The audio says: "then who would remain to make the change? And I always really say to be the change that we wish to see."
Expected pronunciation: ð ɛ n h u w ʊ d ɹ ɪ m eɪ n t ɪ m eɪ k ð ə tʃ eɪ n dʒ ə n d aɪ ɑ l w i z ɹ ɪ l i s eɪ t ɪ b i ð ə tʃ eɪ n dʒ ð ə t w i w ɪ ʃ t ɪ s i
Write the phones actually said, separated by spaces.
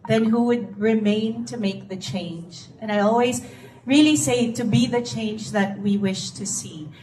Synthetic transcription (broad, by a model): ð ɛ n h u w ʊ d ɹ ɪ m eɪ n t ɪ m eɪ k ð ə tʃ eɪ n dʒ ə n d aɪ ɑ l w i z ɹ ɪ l i s eɪ t ɪ b i ð ə tʃ eɪ n dʒ ð ə t w i w ɪ ʃ t ɪ s i